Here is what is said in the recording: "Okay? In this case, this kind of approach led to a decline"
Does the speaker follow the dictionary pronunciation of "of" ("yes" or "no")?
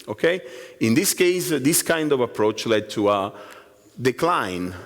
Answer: yes